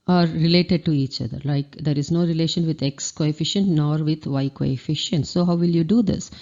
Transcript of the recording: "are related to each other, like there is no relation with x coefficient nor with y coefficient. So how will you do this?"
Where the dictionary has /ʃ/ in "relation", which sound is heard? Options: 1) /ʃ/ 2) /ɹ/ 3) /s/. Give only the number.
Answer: 1